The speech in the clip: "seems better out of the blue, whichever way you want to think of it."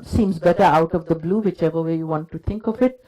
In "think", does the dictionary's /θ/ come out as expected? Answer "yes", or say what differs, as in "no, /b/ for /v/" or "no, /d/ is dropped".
no, /t/ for /θ/